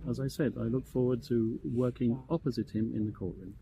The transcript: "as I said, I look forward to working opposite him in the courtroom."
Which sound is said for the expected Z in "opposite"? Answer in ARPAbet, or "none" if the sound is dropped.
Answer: Z